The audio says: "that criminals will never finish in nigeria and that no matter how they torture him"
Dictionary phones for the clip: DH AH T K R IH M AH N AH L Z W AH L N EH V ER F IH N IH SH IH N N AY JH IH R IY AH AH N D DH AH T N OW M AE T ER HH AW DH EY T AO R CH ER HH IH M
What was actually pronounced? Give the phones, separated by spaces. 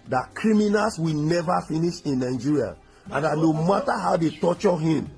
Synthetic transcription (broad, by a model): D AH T K R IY M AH N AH L S W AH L N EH V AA F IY N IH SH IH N N AY JH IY R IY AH AH N D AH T N OW M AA T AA HH AW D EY T AO CH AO HH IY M